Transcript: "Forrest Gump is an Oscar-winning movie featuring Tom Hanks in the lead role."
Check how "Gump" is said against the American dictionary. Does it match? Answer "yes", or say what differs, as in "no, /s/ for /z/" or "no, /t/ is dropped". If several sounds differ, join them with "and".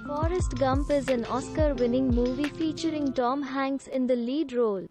yes